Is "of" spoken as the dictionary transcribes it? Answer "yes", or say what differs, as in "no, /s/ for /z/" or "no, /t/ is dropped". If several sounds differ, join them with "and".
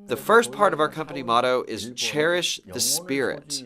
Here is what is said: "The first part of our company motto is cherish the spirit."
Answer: yes